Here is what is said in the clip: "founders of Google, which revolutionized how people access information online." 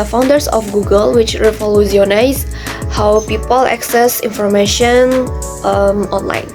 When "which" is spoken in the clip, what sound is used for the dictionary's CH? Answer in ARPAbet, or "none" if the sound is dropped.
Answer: CH